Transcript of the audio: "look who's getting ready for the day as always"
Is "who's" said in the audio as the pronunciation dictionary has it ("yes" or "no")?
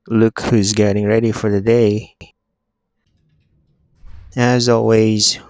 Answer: yes